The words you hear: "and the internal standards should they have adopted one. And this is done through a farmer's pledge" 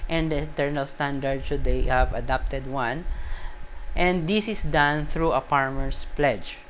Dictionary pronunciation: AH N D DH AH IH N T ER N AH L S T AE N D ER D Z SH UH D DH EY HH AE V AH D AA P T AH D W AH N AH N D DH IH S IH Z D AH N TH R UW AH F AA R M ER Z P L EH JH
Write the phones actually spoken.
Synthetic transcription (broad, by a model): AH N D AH IH N T ER N AH L S T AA N D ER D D SH UH D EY HH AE V AH D AA P T AH D W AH N AH N D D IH S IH S D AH N TH R UW AH P AA R M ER S P L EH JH